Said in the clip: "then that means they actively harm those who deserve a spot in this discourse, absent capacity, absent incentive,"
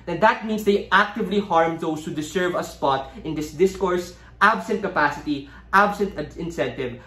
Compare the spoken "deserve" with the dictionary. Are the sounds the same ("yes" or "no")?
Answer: no